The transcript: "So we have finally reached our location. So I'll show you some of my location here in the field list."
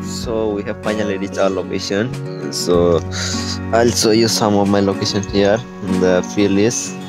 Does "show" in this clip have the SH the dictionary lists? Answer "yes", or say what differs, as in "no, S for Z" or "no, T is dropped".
no, S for SH